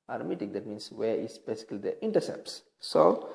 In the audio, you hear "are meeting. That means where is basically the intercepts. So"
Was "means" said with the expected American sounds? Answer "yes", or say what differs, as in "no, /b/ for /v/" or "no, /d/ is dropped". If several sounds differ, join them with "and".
no, /s/ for /z/